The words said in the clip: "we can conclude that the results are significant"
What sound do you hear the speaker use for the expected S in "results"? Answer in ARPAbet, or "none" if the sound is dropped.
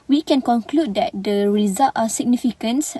none